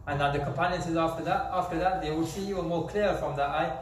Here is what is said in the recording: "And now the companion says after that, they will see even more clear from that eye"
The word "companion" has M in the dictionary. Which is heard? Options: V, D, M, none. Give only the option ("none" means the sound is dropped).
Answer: M